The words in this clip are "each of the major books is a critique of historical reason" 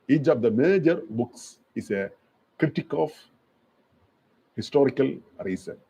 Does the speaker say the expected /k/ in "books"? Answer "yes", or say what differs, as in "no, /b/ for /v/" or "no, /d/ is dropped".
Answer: yes